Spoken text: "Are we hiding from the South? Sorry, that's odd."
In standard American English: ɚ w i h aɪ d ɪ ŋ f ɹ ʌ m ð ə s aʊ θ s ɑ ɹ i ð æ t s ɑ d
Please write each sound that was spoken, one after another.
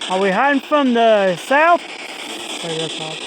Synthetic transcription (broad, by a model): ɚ w i h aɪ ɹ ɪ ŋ f ɹ ʌ m ð ə s aʊ θ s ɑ i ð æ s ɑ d